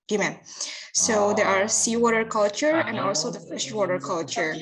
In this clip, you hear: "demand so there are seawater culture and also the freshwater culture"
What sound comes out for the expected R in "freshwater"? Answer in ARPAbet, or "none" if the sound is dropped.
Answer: none